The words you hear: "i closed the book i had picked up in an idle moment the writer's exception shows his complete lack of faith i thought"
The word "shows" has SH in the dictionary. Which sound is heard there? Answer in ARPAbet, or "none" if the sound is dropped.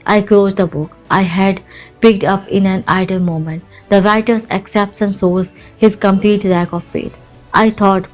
S